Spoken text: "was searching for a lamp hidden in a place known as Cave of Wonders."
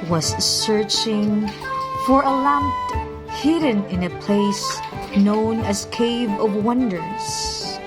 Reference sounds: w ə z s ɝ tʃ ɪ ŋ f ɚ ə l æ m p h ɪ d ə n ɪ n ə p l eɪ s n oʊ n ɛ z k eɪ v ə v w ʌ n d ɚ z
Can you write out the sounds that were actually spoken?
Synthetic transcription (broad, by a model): w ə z s ɝ tʃ ɪ ŋ f ɚ ə l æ m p h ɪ d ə n ɪ n ə p l eɪ s n oʊ n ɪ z k eɪ v ə v w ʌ n d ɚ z